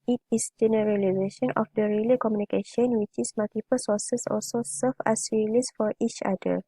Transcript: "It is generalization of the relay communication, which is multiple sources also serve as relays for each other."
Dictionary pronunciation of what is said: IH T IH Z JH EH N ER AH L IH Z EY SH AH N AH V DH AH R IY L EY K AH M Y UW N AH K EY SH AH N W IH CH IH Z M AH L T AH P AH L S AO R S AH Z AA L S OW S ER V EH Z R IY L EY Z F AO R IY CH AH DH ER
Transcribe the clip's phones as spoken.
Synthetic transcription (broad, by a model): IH T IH S JH EH N ER AH L IH Z EY SH AH N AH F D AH R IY L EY K AH M Y UW N AH K EY SH AH N W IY CH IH S M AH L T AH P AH L S AO S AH S AA L S OW S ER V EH S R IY L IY S F AO R IY CH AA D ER